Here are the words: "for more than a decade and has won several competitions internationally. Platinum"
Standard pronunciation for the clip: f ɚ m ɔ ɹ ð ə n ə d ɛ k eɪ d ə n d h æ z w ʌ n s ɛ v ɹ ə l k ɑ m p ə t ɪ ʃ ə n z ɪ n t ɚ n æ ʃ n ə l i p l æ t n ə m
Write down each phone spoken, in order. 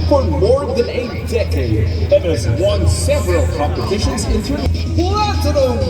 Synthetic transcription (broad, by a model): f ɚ m ɔ ɹ ð ə n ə d ɛ k eɪ d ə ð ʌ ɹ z w ʌ n s ɛ v ɹ ə l k ɑ m p ə t ɪ ʃ ə n z ɪ n t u æ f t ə n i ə